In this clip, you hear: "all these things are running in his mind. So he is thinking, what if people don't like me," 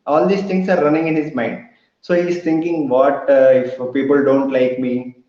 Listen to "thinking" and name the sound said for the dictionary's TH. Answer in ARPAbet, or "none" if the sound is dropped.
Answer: T